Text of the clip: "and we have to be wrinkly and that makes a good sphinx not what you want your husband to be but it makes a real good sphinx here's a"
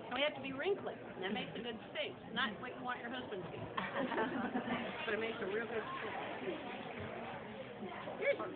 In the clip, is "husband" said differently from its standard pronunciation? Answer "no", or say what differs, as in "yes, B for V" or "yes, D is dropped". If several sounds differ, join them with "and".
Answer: no